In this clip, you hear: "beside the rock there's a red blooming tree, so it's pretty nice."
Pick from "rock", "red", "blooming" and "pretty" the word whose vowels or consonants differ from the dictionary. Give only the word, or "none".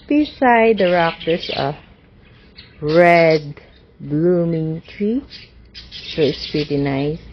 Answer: none